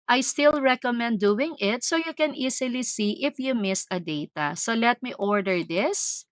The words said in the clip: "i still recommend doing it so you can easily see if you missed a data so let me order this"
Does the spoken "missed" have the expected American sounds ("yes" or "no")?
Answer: no